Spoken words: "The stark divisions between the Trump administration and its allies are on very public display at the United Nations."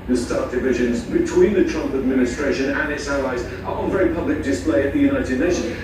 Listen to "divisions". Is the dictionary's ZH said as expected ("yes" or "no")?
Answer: yes